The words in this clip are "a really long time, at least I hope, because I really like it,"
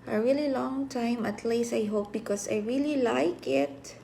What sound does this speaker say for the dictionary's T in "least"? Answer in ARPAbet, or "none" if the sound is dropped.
none